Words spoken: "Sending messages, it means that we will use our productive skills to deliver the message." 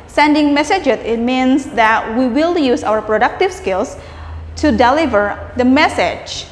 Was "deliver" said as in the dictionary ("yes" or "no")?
yes